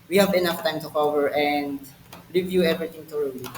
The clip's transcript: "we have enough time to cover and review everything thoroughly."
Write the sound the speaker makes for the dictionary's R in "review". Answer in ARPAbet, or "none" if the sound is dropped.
L